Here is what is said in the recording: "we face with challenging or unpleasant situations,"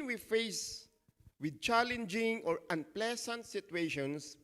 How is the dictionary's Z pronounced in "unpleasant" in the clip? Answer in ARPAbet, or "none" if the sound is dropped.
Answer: S